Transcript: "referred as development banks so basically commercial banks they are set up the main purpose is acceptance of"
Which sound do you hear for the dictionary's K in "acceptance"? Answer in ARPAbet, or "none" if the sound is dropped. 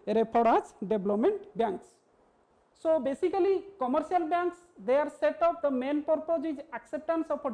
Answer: K